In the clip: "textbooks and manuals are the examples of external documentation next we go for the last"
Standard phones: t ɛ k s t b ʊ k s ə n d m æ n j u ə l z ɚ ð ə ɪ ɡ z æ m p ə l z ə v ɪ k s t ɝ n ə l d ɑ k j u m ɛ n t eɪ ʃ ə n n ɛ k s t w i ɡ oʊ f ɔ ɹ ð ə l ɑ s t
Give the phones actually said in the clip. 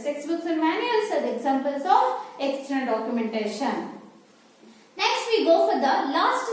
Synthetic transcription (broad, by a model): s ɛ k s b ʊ k s ə n d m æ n j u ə l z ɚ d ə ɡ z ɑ m p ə l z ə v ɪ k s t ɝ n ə n d ɑ k j u m ɛ n t eɪ ʃ ə n n ɛ k s t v i ɡ oʊ f ɔ ɹ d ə l ɑ s t